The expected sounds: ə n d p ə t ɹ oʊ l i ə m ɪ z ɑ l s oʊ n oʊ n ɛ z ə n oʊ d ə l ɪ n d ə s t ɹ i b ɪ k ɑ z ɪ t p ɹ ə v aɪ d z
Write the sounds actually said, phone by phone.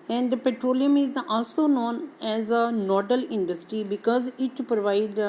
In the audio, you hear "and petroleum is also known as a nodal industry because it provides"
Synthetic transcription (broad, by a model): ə n d p ə t ɹ oʊ l i ə m ɪ z ɑ l s oʊ n oʊ n ɛ z ə n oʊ d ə l ɪ n d ə s t ɹ i b ɪ k ɑ z ɪ t p ɹ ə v aɪ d